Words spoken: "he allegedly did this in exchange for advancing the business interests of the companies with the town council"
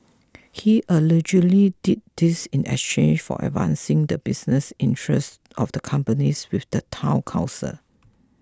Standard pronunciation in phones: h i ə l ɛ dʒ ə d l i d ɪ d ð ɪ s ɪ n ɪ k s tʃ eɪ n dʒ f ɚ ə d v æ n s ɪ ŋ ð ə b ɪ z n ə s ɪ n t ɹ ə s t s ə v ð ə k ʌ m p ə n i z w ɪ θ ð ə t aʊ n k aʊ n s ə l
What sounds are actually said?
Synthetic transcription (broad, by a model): h i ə l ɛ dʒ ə l i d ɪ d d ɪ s ɪ n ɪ k s tʃ eɪ n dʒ f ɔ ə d v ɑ n s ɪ ŋ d ə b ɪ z n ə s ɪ n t ɹ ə s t ə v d ə k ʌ m p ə n i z w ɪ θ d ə t aʊ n k aʊ s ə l